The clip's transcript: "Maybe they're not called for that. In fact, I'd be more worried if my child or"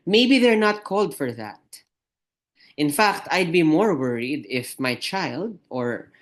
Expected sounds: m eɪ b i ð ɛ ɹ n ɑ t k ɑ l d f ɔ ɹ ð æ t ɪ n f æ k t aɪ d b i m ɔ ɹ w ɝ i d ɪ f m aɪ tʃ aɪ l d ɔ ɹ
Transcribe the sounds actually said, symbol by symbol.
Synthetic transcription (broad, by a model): m eɪ b i ð ɛ ɹ n ɑ t k ɑ l d f ɔ ɹ ð æ t ɪ n f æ k t aɪ d b i m ɔ ɹ w ɝ i d ɪ f m aɪ tʃ aɪ l d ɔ ɹ